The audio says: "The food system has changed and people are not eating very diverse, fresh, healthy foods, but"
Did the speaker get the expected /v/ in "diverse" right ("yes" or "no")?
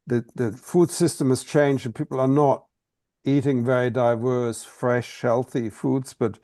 yes